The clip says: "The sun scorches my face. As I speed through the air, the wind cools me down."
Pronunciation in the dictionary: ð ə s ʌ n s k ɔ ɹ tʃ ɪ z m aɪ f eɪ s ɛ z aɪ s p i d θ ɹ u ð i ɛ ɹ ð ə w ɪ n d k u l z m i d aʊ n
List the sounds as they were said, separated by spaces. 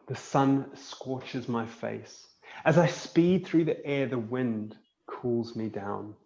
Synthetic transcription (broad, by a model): ð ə s ʌ n s k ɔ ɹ tʃ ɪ z m aɪ f eɪ s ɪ z aɪ s p i d θ ɹ u ð i ɛ ɹ ð ə w ɪ n d k u l z m i d aʊ n